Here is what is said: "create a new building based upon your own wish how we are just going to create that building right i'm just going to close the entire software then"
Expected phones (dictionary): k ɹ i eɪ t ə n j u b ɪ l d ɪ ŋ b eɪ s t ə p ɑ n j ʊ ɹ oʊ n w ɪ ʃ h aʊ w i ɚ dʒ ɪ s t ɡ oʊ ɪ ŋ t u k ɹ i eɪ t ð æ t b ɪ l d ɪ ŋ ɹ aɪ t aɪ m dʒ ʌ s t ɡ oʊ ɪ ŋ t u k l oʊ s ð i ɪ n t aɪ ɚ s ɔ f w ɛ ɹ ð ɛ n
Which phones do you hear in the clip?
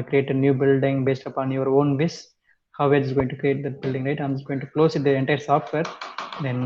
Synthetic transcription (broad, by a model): k ɹ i eɪ t ə n j u b ɪ l d ɪ ŋ b eɪ s t ə p ɑ n j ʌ ɹ oʊ n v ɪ s h aʊ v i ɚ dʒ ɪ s ɡ oʊ ɪ ŋ t u k ɹ i eɪ t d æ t b ɪ l d ɪ ŋ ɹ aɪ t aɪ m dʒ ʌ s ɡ oʊ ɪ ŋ t u k l oʊ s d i ɪ n t aɪ ɚ s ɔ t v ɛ ɹ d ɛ n